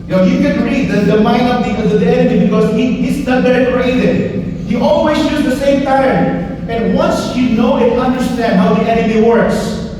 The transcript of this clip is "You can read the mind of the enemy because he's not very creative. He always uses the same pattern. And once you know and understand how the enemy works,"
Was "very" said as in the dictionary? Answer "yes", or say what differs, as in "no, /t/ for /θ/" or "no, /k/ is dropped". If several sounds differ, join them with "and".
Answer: no, /b/ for /v/